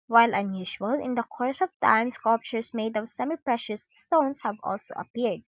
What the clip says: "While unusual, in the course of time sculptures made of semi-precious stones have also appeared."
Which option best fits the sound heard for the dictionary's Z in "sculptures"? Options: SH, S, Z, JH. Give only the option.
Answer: S